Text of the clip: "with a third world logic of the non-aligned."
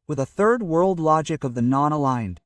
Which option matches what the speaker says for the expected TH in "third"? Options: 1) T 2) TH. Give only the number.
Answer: 2